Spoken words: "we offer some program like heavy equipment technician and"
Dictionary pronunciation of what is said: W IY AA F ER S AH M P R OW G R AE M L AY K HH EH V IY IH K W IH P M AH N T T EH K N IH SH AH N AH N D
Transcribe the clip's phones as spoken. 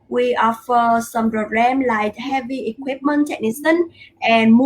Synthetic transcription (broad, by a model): W IY AA F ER S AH M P R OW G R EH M L AY K HH EH V IY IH K W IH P M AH N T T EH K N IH S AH N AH N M